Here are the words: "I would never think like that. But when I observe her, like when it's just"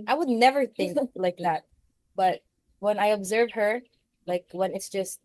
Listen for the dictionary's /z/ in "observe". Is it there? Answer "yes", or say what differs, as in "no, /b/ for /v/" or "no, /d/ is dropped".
yes